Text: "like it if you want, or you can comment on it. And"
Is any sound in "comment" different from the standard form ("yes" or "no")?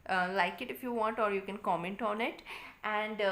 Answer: no